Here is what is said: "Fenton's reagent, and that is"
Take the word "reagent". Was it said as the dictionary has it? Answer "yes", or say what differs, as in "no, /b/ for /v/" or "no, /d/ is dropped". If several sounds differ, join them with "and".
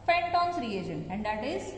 no, /t/ is dropped